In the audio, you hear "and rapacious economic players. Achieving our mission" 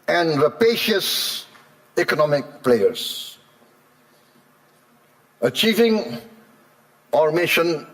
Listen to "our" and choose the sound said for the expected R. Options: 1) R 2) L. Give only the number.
1